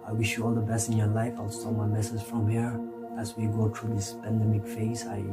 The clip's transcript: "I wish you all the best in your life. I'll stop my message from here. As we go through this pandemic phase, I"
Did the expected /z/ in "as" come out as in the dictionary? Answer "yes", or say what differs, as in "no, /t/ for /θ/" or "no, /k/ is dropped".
no, /s/ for /z/